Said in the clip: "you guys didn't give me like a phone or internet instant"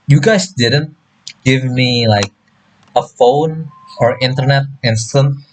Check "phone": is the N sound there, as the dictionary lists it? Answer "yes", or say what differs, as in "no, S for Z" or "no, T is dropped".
yes